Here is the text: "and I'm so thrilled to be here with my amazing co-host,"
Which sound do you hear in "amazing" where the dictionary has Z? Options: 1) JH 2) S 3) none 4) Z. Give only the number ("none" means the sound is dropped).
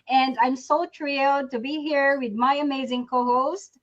4